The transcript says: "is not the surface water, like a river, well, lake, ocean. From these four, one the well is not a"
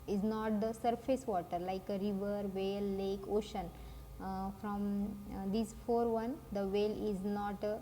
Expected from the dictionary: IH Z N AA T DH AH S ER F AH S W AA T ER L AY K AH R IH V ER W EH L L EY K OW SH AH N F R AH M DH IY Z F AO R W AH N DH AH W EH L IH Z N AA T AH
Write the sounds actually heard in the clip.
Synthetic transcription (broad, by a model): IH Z N AA T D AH S ER F AH S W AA T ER L AY K AH R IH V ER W EH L L EY K OW SH AH N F R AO M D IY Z F AO R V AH N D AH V EH L IH Z N AA T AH